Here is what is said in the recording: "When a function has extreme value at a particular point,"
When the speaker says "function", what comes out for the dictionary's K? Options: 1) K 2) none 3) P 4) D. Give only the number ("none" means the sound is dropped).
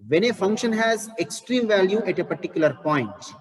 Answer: 1